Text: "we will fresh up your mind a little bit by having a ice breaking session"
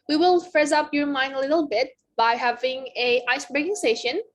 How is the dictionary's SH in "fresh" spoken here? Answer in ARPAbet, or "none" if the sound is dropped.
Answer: S